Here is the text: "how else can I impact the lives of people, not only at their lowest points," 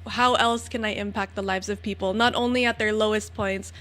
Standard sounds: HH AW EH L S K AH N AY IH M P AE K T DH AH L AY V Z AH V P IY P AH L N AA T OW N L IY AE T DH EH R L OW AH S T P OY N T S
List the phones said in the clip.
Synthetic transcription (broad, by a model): HH AW EH L S K AH N AY IH M P AE K T DH AH L AY V Z AH V P IY P L N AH T OW N L IY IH T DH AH R L OW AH S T P OY N T S